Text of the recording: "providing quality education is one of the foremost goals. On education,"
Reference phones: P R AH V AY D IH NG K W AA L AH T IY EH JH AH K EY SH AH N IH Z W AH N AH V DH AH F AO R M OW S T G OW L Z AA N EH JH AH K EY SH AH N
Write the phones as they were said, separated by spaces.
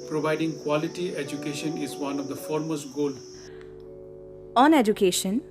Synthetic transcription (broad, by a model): P R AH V AY D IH NG K W AA L AH T IY EH JH AH K EY SH AH N IH Z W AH N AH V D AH F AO R M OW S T G OW L AA N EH JH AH K EY SH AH N